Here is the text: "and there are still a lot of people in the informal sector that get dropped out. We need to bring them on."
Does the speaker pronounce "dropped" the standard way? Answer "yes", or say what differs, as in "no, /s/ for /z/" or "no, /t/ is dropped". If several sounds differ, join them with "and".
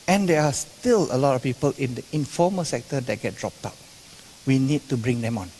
yes